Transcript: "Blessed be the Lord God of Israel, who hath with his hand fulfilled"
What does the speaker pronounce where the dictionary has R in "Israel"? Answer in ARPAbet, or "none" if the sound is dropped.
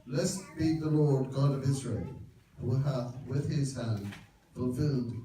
R